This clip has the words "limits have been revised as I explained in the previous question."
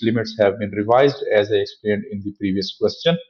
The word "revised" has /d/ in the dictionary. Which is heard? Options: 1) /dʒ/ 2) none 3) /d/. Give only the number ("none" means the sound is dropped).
3